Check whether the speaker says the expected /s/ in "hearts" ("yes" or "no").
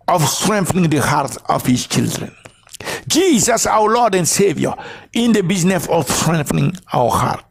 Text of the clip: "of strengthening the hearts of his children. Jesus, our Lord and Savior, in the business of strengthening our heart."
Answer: no